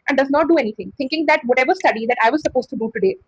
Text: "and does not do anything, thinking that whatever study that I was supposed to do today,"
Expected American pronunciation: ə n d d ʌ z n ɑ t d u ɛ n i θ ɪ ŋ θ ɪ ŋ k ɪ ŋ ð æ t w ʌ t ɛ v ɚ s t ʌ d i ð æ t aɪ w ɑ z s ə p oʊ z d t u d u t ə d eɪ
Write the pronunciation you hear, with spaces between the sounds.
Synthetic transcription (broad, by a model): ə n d d ʌ z n ɑ t d u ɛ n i t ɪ ŋ t ɪ ŋ k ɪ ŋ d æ t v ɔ t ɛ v ɚ s t ʌ d i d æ t aɪ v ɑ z s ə p oʊ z t u d u t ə d eɪ